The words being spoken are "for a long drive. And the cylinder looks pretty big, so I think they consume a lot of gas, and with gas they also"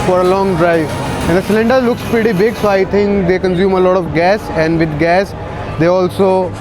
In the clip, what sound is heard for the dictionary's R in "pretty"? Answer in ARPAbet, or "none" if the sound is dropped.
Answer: none